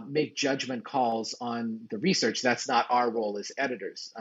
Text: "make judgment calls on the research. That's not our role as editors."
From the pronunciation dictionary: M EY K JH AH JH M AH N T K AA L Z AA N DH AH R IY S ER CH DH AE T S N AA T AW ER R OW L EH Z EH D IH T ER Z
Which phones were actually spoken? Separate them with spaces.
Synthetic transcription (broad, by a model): M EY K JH AH JH M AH N K AA L Z N DH AH R IY S ER CH DH AE T S N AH T AW ER R OW L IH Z EH D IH T ER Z